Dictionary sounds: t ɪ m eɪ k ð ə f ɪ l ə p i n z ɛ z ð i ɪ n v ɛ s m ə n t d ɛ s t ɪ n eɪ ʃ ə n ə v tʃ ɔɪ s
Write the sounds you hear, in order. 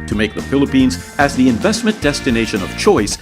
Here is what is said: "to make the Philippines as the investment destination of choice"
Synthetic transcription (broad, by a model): t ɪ m eɪ k ð ə f ɪ l ə p i n z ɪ z ð i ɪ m v ɛ s m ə n d ɛ s t ɪ n eɪ ʃ ə n ə v tʃ ɔɪ s